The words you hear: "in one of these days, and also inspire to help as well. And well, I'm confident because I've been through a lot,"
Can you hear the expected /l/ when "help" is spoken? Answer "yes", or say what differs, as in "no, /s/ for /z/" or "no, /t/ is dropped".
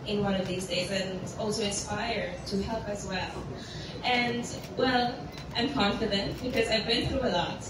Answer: yes